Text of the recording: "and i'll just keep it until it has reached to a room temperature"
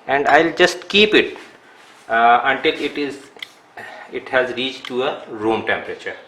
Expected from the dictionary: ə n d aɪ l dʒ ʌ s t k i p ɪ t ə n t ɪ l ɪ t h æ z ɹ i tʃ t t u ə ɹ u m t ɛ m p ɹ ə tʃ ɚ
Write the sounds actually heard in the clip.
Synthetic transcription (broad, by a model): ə n d aɪ l dʒ ʌ s t k i p ɪ t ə n t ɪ l ɪ t h æ z ɹ i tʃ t t u ə ɹ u m t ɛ m p ɹ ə tʃ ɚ